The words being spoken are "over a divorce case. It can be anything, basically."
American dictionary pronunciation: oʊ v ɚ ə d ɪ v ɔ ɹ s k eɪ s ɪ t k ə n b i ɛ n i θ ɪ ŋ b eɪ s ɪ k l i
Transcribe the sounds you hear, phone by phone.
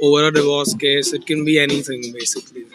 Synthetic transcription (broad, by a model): oʊ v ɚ ə d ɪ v ɔ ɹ s k eɪ s ɪ t k ə n b i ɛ n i t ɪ ŋ b eɪ s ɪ k l i